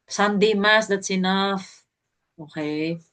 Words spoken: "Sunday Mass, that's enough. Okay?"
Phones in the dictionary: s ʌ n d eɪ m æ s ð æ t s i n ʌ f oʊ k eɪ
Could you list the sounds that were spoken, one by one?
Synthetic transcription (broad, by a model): s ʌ n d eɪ m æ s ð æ t s i n ʌ f oʊ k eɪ